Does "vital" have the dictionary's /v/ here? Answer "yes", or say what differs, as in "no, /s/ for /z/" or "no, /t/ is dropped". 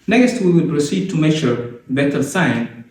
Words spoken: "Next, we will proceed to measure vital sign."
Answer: no, /b/ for /v/